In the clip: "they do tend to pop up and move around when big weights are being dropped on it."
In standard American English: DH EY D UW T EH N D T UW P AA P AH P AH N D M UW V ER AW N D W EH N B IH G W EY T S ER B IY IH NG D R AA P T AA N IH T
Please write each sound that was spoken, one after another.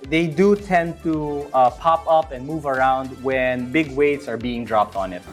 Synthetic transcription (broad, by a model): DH EY D UW T EH N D T UW P AA P AH P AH N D M UW V ER AW N D W EH N B IH G W EY T S ER B IY IH NG D R AA P T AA N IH T